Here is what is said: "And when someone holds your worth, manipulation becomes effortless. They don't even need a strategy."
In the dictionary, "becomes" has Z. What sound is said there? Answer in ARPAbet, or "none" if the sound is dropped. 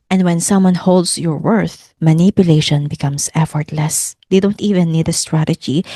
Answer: S